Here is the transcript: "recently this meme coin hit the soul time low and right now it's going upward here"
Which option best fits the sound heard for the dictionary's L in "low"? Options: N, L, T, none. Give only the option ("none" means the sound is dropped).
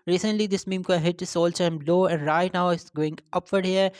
L